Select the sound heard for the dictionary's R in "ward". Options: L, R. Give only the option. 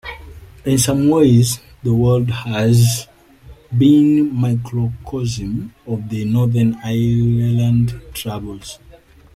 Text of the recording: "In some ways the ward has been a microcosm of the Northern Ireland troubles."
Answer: L